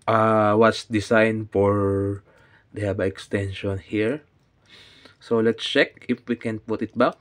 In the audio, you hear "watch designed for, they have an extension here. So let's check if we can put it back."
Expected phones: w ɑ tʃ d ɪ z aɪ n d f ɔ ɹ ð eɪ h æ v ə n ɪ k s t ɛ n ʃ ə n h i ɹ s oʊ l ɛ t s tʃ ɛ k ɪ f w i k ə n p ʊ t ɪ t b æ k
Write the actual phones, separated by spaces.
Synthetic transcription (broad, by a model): w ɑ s d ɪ s aɪ n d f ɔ ɹ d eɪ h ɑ b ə ɪ k s t ɛ n ʃ ə n h i ɹ s oʊ l ɛ t s tʃ ɛ k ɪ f w i k ə n p ʊ t ɪ t b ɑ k